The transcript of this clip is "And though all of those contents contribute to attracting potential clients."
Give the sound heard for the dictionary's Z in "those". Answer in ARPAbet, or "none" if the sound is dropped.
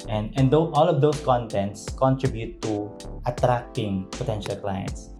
S